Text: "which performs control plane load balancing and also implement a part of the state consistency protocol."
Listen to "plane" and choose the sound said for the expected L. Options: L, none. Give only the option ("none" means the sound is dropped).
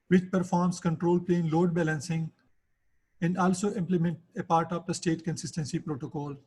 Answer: L